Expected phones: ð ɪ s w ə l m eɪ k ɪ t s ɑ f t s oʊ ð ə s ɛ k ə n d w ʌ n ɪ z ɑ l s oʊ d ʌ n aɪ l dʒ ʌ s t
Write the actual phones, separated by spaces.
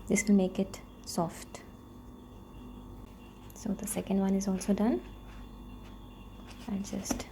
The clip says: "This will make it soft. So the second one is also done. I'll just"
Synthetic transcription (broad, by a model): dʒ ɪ s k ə n m eɪ k ɪ t s ɑ f t s oʊ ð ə s ɛ k ə n d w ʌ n ɪ z ɑ l s oʊ d ʌ n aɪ n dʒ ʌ s t